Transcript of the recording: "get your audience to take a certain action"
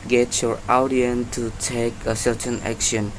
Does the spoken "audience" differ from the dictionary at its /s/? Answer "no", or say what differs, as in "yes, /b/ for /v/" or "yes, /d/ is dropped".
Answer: yes, /s/ is dropped